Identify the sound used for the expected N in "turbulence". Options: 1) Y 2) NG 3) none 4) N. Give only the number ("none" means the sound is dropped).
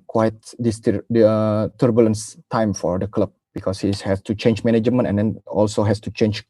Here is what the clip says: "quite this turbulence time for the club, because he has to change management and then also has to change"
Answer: 4